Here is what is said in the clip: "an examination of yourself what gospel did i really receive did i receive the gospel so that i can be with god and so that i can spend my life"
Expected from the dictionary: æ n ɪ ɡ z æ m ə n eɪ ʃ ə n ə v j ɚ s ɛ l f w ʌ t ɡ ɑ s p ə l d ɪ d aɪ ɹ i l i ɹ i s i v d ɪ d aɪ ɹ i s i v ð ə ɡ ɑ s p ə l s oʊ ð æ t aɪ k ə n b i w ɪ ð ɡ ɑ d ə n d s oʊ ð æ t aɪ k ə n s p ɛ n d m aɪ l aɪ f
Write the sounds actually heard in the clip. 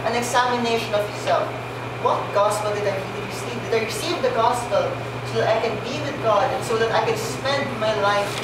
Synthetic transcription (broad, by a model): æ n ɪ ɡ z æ m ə n eɪ ʃ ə n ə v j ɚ s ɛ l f w ʌ t ɡ ɑ s p ə l d ɪ d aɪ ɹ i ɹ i s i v d ɪ d aɪ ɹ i s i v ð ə ɡ ɑ s p ə l s oʊ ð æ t aɪ k ə n b i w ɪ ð ɡ ɑ d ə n s oʊ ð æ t aɪ k ə n s p ɛ n d m aɪ l aɪ f